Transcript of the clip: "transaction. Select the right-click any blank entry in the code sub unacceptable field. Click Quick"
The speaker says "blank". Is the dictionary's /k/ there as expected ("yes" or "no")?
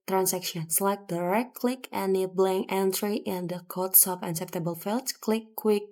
no